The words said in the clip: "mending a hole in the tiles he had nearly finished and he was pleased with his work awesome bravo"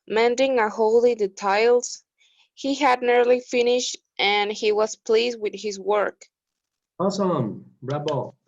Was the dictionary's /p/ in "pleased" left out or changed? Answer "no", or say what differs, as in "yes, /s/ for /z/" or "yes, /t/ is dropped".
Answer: no